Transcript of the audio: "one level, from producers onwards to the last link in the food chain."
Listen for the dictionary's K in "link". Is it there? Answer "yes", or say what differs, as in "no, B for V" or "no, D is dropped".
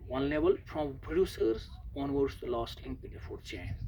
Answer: no, K is dropped